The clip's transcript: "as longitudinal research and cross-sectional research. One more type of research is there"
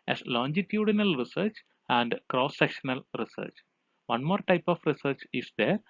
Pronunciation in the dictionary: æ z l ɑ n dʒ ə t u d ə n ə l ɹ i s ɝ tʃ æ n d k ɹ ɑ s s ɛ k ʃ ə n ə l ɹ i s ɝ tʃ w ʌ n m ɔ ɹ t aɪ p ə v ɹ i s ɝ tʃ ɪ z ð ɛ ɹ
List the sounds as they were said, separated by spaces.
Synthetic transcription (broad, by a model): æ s l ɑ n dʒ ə t u d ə n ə l ɹ i s ɝ tʃ æ n d k ɹ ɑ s s ɛ k ʃ ə n ə l ɹ i s ɝ tʃ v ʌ n m ɔ ɹ t aɪ p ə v ɹ i s ɝ tʃ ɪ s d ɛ ɹ